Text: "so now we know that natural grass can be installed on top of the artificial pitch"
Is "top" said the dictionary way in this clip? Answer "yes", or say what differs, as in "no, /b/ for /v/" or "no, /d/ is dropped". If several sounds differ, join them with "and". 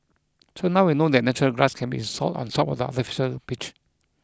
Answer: no, /s/ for /t/